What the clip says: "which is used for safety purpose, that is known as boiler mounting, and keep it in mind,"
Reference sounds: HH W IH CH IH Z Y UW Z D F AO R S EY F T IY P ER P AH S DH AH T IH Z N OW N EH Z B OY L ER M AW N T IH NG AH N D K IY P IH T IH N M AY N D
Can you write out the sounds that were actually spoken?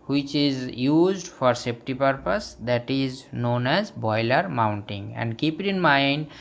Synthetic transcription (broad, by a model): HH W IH CH IH Z Y UW Z D F AO R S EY P T IY P ER P AH S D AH T IH Z N OW N EH Z B OY L ER M AW N T IH NG AH N D K IY P IH T IH N M AY N D